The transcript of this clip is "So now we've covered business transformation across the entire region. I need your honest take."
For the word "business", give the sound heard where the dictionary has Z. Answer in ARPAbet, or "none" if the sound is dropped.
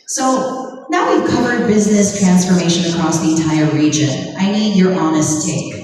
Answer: Z